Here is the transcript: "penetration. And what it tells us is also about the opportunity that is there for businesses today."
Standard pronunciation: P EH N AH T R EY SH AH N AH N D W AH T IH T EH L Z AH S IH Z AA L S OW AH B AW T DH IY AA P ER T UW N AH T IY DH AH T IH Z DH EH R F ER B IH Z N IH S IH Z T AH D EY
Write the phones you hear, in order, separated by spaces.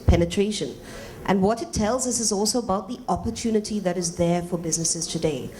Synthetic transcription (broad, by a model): P EH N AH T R EY SH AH N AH N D W AH T IH T EH L Z AH S IH Z AA L S OW AH B AW T DH IY AA P ER T UW N AH T IY DH AH T IH Z DH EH R F ER B IH Z N IH S IH Z T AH D EY